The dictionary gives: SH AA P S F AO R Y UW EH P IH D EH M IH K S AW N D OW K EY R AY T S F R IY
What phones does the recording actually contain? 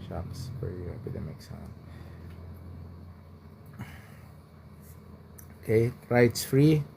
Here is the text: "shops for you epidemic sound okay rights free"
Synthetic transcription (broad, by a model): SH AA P S F AO R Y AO EH P IH D EH M IH K S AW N OW K EY R AY T S F R IY